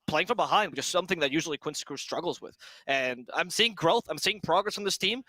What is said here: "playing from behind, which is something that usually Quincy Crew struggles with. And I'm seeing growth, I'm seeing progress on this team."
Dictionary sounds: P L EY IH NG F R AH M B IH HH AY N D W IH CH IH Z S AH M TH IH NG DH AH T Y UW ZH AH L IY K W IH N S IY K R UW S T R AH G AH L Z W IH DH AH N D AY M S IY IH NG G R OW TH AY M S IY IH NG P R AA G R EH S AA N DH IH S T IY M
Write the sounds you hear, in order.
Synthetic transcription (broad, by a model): P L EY IH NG F R AH M B IH HH AY N D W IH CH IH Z S AH M TH IH NG DH AH T Y UW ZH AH L IY K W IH N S K R UW S T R AH G L Z W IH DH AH N AY M S IY IH NG G R OW TH AY M S IY IH NG P R AA G R EH S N DH IH S T IY M